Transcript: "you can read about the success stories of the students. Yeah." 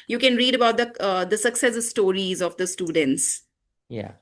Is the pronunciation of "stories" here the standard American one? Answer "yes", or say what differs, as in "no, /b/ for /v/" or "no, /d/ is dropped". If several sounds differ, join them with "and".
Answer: yes